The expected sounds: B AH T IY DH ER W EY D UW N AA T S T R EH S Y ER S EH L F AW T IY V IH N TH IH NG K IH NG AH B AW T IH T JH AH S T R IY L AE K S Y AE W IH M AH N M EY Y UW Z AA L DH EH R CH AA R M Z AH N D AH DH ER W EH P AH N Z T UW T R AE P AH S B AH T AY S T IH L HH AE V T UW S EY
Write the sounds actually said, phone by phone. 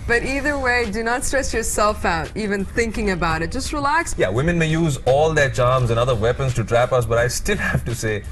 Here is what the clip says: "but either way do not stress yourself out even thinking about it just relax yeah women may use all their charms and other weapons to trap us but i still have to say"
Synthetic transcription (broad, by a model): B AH T IY DH ER W EY D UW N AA T S T R EH S Y ER S EH L F AW T IY V IH N TH IH NG K IH NG AH B AW T IH T JH AH S T R IY L AE K S Y AE W IH M AH N M EY Y UW Z AA L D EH CH AA R M Z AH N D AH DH ER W EH P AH N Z T UW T R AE P AH S B AH T AY S T IH L HH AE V T UW S EY